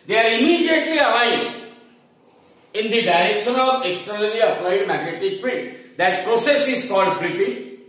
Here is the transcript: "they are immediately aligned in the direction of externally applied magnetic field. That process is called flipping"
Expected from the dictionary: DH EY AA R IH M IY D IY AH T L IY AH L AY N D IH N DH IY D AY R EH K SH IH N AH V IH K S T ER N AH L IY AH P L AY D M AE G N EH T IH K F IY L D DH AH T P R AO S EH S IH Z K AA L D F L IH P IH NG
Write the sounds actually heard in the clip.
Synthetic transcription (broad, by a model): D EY AA R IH M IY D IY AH T L IY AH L AY D IH N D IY D AY R EH K SH IH N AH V IH K S T ER N AH L IY AH P L AY D M AE G N EH T IH K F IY D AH T P R AO S EH S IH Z K AA L D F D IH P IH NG